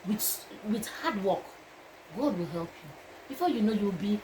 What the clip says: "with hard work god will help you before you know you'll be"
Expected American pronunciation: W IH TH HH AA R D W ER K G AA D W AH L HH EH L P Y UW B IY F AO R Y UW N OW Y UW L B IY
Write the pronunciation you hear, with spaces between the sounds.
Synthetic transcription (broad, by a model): W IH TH HH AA D W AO K G AA D W AH L HH EH L P Y UW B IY F AO Y UW N OW Y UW W B IY